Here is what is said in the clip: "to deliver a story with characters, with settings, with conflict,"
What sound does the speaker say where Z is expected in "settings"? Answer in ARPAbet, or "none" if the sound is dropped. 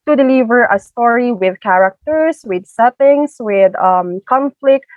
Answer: S